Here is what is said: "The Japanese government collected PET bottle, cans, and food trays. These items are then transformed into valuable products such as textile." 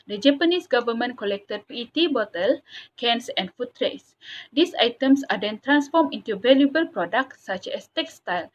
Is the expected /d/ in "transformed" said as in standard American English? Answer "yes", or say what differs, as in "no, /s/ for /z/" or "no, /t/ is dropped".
no, /d/ is dropped